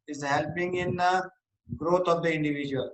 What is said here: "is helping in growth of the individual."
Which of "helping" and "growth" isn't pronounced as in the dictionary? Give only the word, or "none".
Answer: growth